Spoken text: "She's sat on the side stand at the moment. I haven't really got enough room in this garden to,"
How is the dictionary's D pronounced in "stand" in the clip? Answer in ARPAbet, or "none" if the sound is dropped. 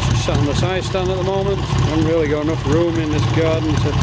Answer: none